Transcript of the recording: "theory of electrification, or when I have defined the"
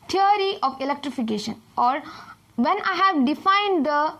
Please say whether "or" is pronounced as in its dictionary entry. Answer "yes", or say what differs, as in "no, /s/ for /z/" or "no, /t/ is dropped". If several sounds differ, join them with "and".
yes